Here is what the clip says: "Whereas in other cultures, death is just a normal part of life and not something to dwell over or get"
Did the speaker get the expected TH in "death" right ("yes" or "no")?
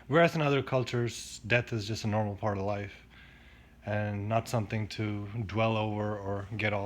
yes